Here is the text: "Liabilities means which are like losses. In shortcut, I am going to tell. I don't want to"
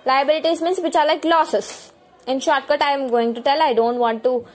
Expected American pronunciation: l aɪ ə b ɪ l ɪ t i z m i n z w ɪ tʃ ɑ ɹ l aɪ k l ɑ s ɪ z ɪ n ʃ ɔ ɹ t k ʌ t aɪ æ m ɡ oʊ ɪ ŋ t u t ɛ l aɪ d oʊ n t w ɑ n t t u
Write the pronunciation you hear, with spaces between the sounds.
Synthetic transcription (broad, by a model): l aɪ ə b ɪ l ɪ t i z m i n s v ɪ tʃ ɑ ɹ l aɪ k l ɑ s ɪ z ɪ n ʃ ɔ ɹ t k ʌ t aɪ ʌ m ɡ oʊ ɪ ŋ t u t ɛ l aɪ d oʊ n t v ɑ n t t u